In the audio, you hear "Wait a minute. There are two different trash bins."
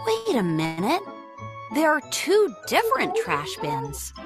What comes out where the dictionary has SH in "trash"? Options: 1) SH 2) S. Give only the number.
1